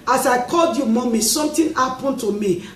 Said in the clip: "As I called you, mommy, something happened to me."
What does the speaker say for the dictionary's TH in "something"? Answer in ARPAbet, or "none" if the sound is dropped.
T